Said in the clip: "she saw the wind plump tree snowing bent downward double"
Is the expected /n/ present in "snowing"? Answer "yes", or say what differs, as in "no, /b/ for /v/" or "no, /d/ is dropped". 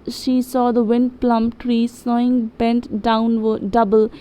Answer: no, /n/ is dropped